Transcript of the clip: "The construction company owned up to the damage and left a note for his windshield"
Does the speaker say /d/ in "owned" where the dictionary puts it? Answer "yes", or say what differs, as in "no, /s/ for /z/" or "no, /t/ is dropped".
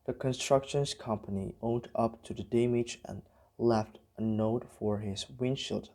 yes